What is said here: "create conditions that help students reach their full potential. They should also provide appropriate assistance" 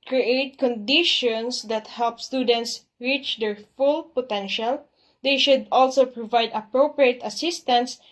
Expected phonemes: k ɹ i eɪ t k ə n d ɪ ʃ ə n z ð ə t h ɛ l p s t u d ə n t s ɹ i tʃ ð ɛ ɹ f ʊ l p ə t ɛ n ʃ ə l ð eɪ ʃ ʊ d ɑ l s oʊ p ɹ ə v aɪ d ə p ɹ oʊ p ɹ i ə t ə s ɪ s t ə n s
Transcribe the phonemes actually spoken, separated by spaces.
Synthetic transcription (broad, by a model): k ɹ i eɪ t k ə n d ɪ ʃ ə n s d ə t h ɛ l p s t u d ə n t s ɹ i tʃ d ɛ ɹ f ʊ l p ə t ɛ n ʃ ə l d eɪ ʃ ʊ d ɑ l s oʊ p ɹ ə v aɪ d ə p ɹ oʊ p ɹ i ə t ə s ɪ s t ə n s